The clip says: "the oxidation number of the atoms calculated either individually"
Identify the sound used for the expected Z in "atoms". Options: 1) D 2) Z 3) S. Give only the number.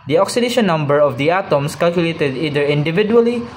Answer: 3